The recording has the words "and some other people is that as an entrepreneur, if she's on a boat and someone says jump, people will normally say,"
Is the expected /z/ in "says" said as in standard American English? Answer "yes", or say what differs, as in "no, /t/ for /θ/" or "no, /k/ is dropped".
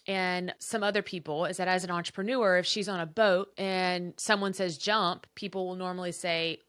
yes